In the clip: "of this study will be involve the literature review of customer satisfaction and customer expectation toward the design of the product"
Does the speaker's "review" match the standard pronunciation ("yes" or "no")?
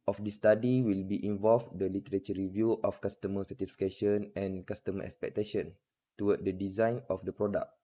yes